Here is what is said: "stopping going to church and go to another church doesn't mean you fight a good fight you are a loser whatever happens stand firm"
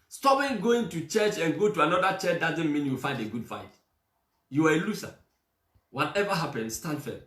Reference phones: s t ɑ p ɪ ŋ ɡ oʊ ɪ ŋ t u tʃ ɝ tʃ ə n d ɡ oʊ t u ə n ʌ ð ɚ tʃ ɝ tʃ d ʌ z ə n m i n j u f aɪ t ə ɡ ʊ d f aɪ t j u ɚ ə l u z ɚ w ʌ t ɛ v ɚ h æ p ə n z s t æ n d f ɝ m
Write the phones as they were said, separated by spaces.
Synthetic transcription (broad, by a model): s t ɑ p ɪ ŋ ɡ oʊ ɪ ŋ t u tʃ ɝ tʃ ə n ɡ oʊ t u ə n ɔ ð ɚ tʃ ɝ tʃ d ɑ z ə n m i n j u f aɪ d ə ɡ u d f aɪ t j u ɚ ə l u s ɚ w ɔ t ɛ v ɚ h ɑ p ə n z s t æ n f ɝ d